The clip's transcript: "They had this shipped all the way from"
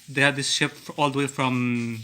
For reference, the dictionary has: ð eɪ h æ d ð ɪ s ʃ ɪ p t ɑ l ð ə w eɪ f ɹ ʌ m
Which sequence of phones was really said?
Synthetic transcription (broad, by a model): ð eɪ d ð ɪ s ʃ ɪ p ɑ l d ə w eɪ f ɹ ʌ m